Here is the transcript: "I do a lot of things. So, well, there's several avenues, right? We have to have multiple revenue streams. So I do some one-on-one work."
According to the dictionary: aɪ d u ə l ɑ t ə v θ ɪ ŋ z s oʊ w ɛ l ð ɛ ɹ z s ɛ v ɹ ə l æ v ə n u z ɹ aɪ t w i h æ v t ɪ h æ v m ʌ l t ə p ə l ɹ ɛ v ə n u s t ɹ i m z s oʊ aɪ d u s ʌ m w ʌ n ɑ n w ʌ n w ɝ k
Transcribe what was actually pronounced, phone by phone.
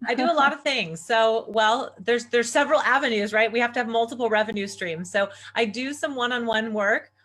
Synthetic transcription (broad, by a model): aɪ d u ə l ɑ t ə v θ ɪ ŋ z s oʊ w ɛ l ð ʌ ɹ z s ɛ v ɹ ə l æ v ə n u z ɹ aɪ t w i h æ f t ɪ v m ʌ l t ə p l ɹ ɛ v ə n u s t ɹ i m z s oʊ aɪ d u s ʌ m w ʌ n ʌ n w ʌ n w ɝ k